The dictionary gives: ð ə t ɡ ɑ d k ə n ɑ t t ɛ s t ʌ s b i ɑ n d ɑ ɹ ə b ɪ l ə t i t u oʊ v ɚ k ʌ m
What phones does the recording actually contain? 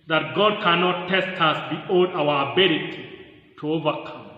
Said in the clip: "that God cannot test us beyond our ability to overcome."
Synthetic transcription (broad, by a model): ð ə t ɡ ɑ d k ə n ɑ t t ɛ s t ʌ s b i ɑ d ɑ w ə b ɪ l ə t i t u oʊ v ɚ k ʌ m